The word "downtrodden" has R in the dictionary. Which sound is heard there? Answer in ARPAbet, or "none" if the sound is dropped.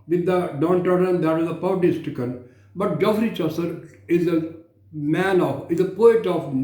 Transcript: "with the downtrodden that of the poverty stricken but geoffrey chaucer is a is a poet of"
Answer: none